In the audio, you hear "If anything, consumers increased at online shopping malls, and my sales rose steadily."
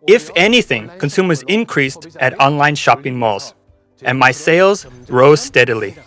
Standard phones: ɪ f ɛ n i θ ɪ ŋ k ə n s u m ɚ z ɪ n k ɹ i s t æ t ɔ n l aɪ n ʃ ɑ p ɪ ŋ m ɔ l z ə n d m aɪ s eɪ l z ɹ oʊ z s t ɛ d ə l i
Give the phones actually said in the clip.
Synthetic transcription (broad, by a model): ɪ f ɛ n i θ ɪ ŋ k ə n s u m ɚ z ɪ n k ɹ i s t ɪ t ɔ n l aɪ n ʃ ɑ p ɪ ŋ m ɔ l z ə n m aɪ s eɪ l z ɹ oʊ z s t ɛ d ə l i